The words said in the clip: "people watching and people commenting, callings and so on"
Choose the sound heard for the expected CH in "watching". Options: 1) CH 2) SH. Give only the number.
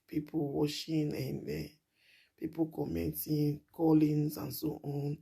2